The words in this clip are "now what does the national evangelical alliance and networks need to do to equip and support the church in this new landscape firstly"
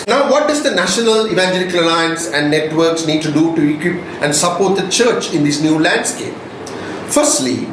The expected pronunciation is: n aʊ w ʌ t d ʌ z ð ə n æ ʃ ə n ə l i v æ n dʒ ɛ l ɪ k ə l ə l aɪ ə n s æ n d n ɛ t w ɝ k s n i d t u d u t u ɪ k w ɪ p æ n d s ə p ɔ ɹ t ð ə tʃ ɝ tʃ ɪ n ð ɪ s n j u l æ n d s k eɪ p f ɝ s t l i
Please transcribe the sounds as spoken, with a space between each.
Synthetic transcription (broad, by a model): n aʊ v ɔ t d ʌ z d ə n æ ʃ ə n ə l i v æ n dʒ ɛ l ɪ k ə l ə l aɪ ə n s æ n d n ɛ t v ɝ k s n i d t u d u t u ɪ k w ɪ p æ n d s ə p ɔ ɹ t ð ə tʃ ɝ tʃ ɪ n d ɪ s n j u l æ n d s k eɪ p f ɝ s t l i